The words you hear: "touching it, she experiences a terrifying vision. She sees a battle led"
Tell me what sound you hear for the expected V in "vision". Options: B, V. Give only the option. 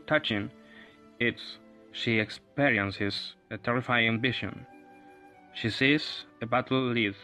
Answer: B